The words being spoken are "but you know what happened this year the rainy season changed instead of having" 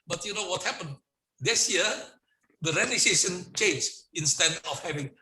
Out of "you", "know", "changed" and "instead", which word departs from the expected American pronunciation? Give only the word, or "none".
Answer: changed